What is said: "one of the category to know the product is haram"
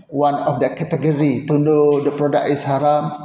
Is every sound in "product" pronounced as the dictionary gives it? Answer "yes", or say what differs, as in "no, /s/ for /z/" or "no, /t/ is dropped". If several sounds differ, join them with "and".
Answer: no, /t/ is dropped